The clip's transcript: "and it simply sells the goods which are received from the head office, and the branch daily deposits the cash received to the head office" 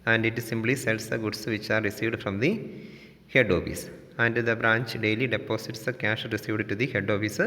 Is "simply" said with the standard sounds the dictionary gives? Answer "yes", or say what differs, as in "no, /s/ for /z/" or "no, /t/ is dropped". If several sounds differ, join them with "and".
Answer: no, /b/ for /p/